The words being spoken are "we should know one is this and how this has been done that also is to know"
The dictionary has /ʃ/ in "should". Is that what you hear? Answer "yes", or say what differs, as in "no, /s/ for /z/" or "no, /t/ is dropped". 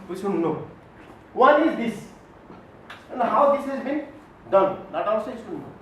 no, /s/ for /ʃ/